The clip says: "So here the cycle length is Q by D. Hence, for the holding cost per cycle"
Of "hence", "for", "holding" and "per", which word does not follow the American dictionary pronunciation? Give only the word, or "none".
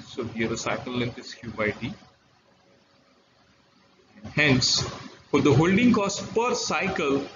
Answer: none